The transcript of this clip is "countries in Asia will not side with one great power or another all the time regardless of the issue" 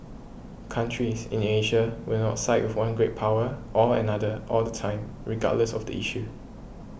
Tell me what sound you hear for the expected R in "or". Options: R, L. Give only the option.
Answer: L